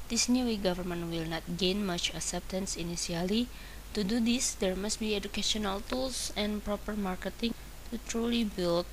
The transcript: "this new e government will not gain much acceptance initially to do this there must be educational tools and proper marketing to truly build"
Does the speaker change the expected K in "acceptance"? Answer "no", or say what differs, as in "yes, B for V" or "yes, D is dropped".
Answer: no